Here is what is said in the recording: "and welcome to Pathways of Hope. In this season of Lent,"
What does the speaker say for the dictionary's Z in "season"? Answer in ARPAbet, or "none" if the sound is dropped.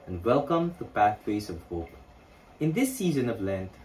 Z